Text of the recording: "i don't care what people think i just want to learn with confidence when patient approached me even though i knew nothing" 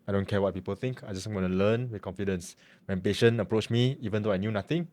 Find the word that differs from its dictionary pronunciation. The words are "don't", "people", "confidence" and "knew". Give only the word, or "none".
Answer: none